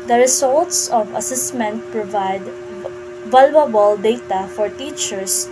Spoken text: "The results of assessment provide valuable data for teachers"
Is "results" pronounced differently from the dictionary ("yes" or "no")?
yes